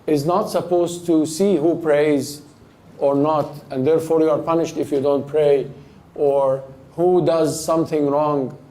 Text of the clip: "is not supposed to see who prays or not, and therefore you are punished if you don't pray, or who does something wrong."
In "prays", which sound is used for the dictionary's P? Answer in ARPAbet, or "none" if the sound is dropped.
P